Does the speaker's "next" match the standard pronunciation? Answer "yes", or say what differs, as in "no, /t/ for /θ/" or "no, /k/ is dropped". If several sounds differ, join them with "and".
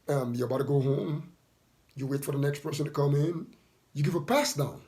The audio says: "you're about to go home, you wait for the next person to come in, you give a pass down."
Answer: yes